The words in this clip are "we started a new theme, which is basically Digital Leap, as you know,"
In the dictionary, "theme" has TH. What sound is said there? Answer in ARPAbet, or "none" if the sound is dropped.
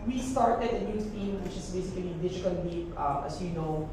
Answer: T